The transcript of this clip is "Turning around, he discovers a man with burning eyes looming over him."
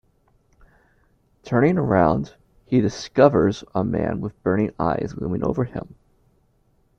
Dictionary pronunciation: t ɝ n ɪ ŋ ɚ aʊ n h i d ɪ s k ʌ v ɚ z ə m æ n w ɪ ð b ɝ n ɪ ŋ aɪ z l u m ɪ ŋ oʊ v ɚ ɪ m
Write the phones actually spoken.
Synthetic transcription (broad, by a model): t ɝ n ɪ ŋ ɚ aʊ n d i d ɪ s k ʌ v ɚ z ə m æ n w ɪ ð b ɝ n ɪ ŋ aɪ z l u m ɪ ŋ oʊ v ɚ ɪ m